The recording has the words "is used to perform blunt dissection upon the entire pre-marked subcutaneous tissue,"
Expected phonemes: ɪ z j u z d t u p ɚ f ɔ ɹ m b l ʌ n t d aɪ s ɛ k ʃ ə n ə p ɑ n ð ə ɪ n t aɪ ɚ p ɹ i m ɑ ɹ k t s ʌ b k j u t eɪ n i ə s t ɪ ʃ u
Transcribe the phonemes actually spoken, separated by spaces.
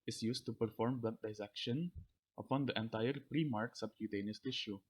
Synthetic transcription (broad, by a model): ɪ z j u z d t u p ɚ f ɔ ɹ m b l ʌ t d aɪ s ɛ k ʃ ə n ə p ɑ n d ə ɪ n t aɪ ɚ p ɹ i m ɑ ɹ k s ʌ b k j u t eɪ n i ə s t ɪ ʃ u